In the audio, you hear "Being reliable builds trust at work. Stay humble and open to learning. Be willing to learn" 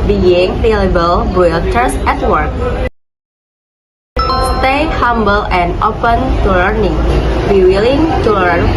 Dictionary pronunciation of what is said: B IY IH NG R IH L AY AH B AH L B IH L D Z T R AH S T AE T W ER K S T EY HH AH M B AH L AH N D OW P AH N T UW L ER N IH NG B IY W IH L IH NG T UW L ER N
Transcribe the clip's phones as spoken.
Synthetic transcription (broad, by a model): B IY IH NG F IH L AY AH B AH L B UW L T AH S EH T W ER K S T EY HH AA M B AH L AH N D OW P AH N T UW L ER N IH NG B IY W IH L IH NG T UW L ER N